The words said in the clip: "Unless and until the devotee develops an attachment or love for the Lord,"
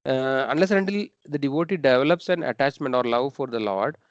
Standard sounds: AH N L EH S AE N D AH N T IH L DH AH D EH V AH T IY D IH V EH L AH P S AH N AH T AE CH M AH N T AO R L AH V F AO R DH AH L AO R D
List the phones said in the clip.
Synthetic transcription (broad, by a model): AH N L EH S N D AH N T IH L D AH D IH V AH T IY D IH V EH L AH P S AH N AH T AE CH M AH N T AO R L AH V F AO R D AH L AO R D